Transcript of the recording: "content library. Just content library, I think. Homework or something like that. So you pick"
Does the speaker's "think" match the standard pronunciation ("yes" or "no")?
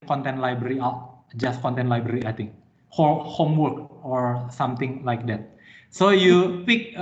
no